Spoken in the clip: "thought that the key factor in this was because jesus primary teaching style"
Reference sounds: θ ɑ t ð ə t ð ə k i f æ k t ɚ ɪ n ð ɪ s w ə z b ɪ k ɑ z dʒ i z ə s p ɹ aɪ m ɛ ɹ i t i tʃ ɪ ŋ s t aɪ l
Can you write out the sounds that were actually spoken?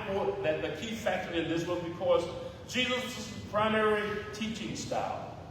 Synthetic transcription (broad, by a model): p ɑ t ð ə t ð ə k i f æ k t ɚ ɪ n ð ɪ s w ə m b ɪ k ɑ z dʒ i z ə s p ɹ aɪ m ɛ ɹ i t i tʃ ɪ ŋ s t aɪ l